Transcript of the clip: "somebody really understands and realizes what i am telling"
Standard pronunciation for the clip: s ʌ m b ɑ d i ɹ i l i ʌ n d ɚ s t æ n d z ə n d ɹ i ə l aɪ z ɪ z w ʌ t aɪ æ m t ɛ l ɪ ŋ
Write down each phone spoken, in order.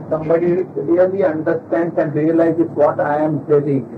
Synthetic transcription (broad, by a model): s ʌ m b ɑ d i l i l i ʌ n d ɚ s t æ n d s ə n d ɹ i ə l aɪ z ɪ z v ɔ t aɪ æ m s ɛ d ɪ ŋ